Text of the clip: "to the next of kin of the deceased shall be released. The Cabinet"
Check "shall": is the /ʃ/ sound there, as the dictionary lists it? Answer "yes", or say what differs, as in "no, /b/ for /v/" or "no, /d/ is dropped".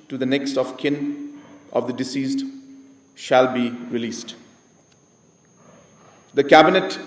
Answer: yes